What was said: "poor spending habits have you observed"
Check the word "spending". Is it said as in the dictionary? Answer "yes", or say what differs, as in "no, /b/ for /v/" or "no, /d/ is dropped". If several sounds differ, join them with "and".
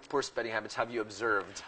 no, /n/ is dropped